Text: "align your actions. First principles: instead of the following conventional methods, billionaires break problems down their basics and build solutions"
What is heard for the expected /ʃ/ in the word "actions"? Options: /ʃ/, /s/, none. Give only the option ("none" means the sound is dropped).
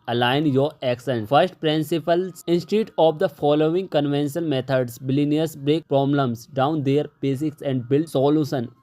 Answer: /s/